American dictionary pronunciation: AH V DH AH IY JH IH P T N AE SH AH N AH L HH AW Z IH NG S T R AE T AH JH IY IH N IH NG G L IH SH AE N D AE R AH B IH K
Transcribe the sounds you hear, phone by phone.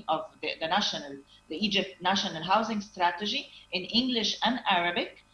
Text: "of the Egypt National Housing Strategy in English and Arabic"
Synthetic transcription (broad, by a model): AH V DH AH IY JH IH P T N AE SH AH N AH L HH AW Z IH NG S T R AE T AH JH IY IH N IH NG G L IH SH AE N D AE R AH B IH K